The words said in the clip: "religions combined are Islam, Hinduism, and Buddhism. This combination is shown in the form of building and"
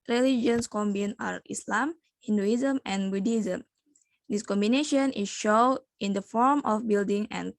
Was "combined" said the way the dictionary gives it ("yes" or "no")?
no